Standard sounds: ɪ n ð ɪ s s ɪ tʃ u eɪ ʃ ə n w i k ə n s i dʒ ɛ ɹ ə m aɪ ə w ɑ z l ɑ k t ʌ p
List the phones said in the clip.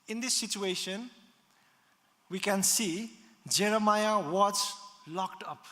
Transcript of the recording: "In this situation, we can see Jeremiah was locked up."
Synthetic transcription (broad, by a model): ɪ n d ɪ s s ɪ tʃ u eɪ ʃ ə n w i k ə n s i dʒ ɛ ɹ ə m aɪ ə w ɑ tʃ l ɑ k t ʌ p